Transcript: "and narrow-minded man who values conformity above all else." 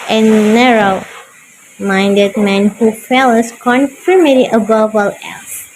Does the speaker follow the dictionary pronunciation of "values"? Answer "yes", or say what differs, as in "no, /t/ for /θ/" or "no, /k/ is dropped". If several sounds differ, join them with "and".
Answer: no, /f/ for /v/